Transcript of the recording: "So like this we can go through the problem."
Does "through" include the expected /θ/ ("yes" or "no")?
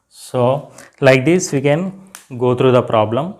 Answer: no